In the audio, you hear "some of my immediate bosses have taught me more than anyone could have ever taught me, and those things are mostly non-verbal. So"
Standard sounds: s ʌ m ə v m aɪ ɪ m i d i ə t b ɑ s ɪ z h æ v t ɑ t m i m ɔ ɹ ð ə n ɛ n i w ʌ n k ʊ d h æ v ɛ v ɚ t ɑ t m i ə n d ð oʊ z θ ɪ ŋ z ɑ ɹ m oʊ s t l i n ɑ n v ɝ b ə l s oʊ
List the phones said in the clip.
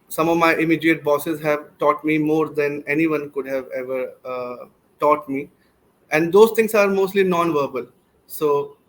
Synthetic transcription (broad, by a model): s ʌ m ə v m aɪ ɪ m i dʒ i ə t b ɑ s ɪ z h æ v t ɑ t m i m ɔ ɹ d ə n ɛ n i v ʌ n k ʊ d h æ v ɛ v ɚ t ɑ t m i ə n d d oʊ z t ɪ ŋ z ɑ ɹ m oʊ s t l i n ɑ n v ɝ b ə l s oʊ